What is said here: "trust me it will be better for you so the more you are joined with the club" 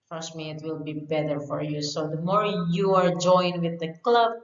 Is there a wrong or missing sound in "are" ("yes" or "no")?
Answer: no